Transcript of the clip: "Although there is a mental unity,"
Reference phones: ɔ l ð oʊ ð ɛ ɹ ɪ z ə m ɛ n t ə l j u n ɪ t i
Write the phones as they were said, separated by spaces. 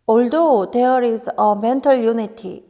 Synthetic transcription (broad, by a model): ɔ l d oʊ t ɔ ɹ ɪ s ə m ɛ n t ə l j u n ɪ t i